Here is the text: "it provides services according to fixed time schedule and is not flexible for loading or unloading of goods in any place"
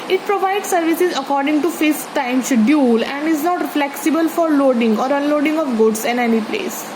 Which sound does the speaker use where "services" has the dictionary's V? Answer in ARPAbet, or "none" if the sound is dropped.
V